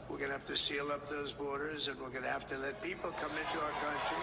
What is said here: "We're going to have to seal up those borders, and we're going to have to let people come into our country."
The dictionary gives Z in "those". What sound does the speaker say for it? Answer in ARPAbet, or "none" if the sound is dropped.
Z